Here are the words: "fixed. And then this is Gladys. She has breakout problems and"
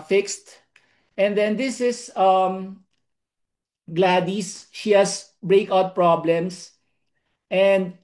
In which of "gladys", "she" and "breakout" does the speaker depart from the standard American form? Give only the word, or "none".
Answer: none